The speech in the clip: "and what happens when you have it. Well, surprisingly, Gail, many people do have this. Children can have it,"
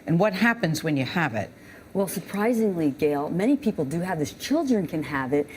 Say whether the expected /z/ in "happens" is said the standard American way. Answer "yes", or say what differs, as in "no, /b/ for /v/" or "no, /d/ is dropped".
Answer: yes